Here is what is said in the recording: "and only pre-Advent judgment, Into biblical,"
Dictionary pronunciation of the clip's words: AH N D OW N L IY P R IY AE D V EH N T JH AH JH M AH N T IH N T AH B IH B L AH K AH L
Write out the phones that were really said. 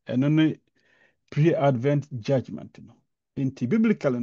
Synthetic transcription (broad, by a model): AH N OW N IY P R IY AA D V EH N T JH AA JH M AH N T IH N T AH B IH B L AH K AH L